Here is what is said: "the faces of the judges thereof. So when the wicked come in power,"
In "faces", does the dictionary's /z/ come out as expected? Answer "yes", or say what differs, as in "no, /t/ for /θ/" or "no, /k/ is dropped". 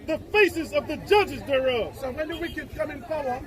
yes